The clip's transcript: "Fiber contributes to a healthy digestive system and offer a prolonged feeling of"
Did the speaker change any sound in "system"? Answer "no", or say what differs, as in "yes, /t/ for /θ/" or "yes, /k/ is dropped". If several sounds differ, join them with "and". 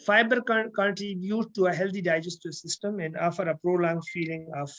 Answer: no